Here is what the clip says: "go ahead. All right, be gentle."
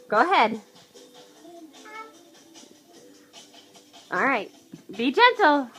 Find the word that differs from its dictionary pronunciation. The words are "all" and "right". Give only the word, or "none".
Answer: none